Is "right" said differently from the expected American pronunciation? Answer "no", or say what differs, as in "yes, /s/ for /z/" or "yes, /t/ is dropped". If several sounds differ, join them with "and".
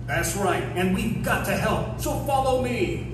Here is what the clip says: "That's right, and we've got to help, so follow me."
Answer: no